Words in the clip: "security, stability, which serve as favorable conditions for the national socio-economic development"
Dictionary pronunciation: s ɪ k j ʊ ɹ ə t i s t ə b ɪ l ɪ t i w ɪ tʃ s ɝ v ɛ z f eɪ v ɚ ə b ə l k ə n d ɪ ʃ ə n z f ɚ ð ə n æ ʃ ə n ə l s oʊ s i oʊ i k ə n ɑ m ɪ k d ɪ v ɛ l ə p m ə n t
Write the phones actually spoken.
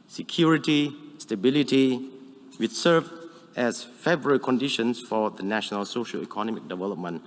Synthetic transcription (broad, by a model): s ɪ k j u ɹ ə t i s t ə b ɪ l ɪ t i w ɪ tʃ s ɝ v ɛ s f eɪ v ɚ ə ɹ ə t k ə n d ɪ ʃ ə n s f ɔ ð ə n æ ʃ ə n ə l s oʊ ʃ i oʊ i k ə n ɑ m ɪ k d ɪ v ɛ l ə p m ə n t